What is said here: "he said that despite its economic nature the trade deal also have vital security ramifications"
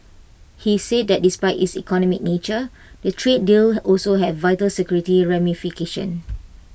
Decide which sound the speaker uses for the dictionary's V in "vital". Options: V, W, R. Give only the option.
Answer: V